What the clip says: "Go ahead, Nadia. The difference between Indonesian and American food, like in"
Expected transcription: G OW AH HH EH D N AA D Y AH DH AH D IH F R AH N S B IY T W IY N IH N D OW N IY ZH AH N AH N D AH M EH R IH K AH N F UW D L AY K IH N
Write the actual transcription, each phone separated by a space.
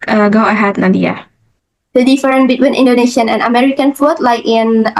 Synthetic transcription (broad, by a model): G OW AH HH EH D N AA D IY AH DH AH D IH F R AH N B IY T W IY N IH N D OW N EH SH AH N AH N AH M EH R IH K AH N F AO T L AY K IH N